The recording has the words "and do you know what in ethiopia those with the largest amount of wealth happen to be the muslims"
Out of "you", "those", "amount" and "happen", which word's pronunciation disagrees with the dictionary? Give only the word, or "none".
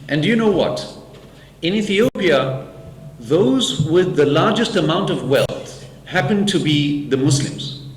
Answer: none